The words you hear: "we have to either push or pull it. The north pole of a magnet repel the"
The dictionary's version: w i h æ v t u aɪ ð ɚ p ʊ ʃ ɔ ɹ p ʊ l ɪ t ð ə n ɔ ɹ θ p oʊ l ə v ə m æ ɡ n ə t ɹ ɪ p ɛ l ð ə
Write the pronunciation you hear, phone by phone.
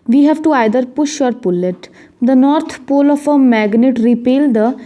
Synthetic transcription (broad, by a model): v i h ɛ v t u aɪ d ɚ p ʊ ʃ ɔ ɹ p ʊ l ɪ t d ə n ɔ ɹ t p oʊ l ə f ə m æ ɡ n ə t ɹ ɪ p ɛ l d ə